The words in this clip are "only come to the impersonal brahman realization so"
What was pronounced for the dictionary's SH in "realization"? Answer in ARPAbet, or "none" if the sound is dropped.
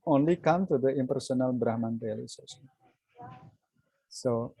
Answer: S